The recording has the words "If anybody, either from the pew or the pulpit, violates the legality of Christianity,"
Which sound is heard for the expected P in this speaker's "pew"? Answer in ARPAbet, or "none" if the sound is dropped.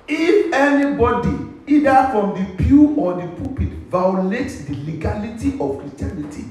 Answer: P